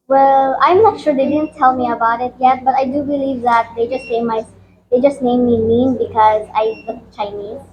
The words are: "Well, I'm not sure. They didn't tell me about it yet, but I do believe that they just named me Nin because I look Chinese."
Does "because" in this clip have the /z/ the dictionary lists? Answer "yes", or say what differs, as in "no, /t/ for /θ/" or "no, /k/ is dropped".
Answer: yes